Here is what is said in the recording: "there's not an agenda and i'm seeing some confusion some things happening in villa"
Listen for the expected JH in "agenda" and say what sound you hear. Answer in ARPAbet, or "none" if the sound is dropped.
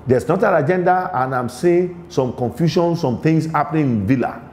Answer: JH